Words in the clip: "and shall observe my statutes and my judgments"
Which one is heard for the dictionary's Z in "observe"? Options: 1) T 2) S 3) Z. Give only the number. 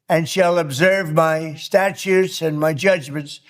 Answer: 3